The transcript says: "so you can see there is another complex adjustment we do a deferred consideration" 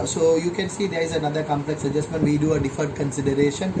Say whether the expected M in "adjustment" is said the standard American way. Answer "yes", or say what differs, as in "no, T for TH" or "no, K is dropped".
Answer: yes